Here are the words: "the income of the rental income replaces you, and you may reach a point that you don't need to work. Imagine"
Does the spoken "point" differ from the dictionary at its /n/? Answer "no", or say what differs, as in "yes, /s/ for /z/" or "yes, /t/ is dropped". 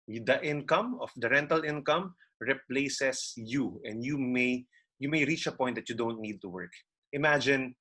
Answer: yes, /n/ is dropped